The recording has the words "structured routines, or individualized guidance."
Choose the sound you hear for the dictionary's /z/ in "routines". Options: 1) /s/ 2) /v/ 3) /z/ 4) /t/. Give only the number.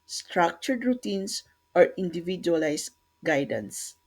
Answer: 1